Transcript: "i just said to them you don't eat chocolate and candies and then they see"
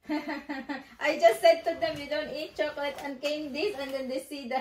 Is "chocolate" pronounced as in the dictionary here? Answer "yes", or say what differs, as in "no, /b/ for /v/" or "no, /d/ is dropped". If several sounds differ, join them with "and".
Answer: yes